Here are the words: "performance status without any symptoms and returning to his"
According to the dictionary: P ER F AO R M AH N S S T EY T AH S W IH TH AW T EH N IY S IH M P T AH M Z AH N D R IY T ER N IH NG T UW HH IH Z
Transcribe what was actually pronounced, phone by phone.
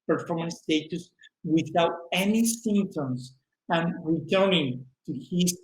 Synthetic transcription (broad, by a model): P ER F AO R M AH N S S T EY T AH S W IH TH AW T EH N IY S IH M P T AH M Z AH N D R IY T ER N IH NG T UW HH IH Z